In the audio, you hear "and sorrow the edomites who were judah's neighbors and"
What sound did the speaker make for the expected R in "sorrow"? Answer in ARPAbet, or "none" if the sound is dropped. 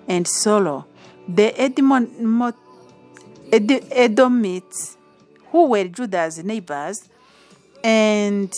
L